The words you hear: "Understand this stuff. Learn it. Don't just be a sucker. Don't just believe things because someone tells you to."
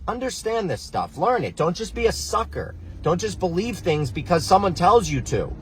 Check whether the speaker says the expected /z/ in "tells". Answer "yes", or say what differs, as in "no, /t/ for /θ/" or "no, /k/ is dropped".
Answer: yes